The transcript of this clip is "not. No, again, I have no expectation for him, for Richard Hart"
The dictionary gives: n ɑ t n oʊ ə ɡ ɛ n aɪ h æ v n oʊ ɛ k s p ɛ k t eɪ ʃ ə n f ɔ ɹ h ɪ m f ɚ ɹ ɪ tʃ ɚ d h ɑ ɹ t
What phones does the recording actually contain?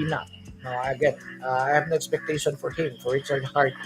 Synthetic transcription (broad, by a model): n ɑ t n oʊ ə ɡ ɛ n aɪ h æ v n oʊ ɛ k s p ɛ k t eɪ ʃ ə n f ɔ ɹ h ɪ m f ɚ ɹ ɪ s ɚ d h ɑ ɹ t